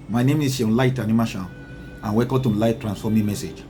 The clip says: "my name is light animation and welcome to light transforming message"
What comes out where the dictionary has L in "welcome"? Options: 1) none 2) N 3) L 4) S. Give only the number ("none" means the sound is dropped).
1